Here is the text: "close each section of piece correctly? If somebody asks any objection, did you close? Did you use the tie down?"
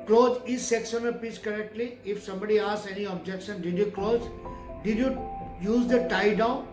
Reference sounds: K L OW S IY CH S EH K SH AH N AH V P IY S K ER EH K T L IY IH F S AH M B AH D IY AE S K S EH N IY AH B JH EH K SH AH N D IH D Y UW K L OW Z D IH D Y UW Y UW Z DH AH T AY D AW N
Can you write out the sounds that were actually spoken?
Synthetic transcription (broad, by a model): K L OW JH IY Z S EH K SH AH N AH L P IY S K ER EH K T L IY IH F S AH M B AH D IY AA S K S EH N IY AH B JH EH K SH AH N D IH D Y UW K L OW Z D IH D Y UW Y UW Z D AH T AY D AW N